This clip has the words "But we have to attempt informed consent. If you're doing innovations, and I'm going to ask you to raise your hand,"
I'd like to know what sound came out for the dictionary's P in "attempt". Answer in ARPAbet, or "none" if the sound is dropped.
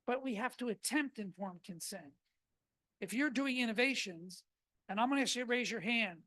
P